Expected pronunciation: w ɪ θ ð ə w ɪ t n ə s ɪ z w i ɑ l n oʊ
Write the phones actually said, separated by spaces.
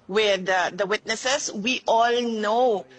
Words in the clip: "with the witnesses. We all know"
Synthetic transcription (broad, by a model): w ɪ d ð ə w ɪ t n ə s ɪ s w i ɑ l n oʊ